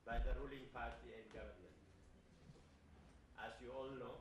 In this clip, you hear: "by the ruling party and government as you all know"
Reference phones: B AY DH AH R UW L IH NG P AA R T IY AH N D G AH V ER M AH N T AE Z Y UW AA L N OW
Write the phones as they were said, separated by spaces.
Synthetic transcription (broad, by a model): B AY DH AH R UW L IH NG P AA R T IY AH N D G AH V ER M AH N T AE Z Y UW AA L N OW